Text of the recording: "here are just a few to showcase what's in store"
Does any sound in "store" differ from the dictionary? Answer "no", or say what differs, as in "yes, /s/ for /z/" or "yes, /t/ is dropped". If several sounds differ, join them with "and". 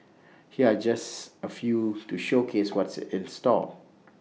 yes, /l/ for /ɹ/